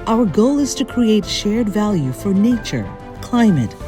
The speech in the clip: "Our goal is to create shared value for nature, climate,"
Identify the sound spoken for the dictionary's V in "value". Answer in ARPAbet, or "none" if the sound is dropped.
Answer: V